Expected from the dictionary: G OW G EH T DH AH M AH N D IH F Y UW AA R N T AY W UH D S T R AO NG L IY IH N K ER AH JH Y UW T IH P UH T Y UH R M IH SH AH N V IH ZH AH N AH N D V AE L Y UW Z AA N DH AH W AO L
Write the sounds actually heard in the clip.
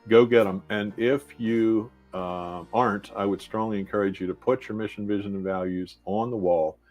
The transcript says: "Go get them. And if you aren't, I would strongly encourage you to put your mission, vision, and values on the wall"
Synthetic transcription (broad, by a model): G OW G EH T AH M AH N IH F Y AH AA R N T AY W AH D S T R AO NG L IY IH N K ER AH JH Y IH T IH P UH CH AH R M IH SH N V IH ZH AH N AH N V AE L Y UW Z N DH AH W AO L